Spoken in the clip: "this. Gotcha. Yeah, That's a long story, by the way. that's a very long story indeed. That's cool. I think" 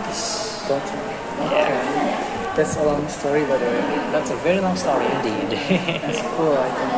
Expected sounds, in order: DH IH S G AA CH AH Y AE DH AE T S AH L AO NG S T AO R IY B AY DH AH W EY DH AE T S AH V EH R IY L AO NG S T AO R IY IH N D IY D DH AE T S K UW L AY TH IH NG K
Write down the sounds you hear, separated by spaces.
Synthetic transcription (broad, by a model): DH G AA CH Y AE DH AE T S AH L AO NG S T AO R IY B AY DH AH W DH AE T S AH V EH R IY L AO NG S T AO R IY IH N D IY D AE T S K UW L AY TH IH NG